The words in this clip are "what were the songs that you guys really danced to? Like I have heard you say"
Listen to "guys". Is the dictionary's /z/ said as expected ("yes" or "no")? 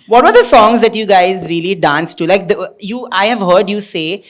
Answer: yes